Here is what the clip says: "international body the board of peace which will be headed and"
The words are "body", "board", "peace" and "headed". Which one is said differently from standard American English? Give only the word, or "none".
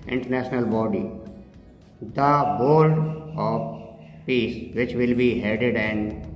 board